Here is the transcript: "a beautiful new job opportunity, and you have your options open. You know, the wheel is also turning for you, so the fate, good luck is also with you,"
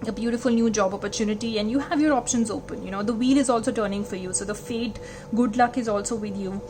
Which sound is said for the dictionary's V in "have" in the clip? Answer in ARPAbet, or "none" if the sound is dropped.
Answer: V